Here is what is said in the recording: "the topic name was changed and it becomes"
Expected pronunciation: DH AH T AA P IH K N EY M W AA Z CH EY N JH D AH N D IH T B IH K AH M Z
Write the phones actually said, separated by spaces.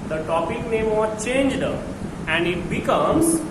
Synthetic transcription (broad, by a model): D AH T AA P IH K N EY M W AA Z CH EY N JH D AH N D IH T B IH K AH M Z